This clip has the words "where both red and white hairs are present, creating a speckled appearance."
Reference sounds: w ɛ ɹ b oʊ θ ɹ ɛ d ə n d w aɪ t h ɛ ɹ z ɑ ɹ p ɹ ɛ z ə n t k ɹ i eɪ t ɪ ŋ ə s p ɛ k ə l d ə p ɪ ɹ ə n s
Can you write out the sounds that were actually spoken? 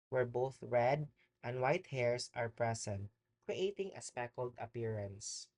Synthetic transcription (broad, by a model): w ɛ ɹ b oʊ θ ɹ ɛ d ə n d w aɪ t h ɛ ɹ s ɑ ɹ p ɹ ɛ s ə n t k ɹ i eɪ t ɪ ŋ ə s p ɛ k ə l d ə p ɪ ɹ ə n s